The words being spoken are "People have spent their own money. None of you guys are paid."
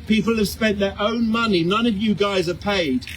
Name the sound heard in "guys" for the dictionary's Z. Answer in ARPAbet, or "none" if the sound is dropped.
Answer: Z